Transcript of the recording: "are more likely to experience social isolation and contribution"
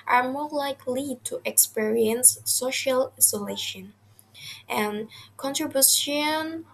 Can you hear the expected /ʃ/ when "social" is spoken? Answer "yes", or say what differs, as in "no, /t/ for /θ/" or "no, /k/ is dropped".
yes